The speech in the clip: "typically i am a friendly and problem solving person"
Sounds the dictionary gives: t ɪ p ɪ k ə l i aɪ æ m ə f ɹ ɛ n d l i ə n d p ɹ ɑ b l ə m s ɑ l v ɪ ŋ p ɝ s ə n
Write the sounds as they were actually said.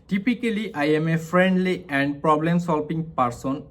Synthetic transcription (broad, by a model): t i p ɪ k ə l i aɪ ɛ m ə f ɹ ɛ n d l i ə n d p ɹ ɑ b l ə m s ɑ l p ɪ ŋ p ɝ s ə n